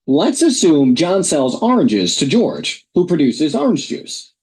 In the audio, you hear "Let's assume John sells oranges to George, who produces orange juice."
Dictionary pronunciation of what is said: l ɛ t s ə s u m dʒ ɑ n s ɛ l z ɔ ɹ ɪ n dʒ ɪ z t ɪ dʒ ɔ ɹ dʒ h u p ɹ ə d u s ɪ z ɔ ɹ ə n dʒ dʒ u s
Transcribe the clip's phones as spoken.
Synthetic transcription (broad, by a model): l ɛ t s ə s u m dʒ ɑ n s ɛ l z ɔ ɹ ɪ n dʒ ɪ z t ɪ dʒ ɔ ɹ dʒ h u p ɹ ə d u s ɪ z ɔ ɹ ə n dʒ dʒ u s